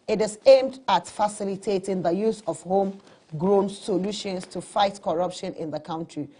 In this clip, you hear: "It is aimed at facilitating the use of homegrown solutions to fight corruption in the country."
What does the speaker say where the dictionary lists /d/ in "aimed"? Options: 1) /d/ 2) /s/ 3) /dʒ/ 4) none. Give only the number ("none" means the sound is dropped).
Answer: 1